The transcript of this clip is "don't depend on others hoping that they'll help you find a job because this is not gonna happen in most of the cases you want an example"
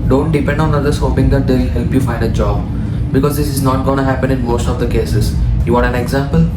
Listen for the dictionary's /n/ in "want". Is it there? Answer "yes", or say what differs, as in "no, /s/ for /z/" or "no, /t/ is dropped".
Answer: no, /n/ is dropped